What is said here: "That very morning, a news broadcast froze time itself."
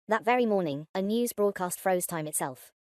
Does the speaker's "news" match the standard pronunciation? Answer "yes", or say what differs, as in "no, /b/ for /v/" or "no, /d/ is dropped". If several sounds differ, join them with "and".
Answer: yes